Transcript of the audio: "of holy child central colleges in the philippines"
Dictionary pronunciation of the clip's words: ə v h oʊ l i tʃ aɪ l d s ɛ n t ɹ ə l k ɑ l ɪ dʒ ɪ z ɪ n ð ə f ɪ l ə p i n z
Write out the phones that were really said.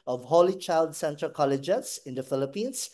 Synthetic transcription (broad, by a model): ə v h oʊ l i tʃ aɪ l d s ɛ n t ə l k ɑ l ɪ dʒ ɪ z ɪ n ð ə f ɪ l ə p i n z